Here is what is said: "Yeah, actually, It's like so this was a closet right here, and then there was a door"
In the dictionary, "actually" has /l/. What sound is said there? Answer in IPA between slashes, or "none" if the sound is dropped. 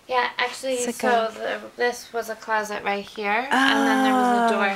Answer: /l/